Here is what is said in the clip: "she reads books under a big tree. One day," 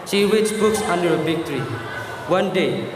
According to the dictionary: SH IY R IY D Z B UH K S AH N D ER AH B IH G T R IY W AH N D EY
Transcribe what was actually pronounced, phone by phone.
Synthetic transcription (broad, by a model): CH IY W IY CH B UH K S AH N D ER AH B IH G T R IY W AH N D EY